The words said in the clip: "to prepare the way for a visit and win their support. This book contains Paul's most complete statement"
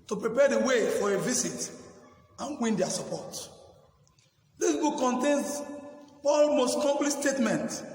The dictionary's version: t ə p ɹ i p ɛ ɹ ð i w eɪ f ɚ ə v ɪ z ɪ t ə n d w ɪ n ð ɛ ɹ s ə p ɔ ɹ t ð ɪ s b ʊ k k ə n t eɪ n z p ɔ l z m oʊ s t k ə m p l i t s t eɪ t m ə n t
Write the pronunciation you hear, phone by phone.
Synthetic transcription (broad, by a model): t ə p ɹ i p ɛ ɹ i w eɪ f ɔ ə v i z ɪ t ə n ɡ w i n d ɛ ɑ s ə p ɔ t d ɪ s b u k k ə n t eɪ n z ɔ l m oʊ s t k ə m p l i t s t eɪ t m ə n t